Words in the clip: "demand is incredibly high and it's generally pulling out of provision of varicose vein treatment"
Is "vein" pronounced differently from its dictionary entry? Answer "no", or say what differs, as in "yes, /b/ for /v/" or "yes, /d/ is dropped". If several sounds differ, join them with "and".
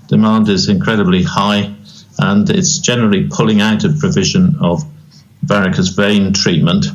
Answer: no